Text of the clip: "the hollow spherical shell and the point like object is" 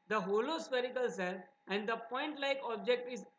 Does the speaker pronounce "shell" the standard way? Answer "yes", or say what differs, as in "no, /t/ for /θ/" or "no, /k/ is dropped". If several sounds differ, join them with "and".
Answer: no, /s/ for /ʃ/